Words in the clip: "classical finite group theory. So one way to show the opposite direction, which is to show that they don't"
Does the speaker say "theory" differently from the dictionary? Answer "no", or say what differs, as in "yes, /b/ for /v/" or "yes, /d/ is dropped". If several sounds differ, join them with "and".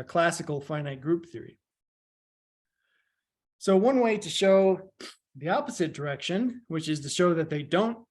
no